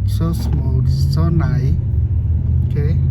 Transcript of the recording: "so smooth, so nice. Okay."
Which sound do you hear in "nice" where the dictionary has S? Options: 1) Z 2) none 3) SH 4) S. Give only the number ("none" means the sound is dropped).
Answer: 2